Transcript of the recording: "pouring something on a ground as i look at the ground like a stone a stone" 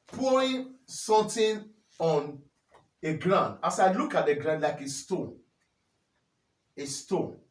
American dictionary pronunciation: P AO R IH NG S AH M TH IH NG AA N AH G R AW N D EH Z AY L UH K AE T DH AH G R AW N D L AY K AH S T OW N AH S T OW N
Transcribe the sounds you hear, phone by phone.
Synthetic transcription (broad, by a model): P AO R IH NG S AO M T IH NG AA N AH G R AW N D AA S AY L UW K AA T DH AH G R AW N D L AY K AH S T OW N AH S T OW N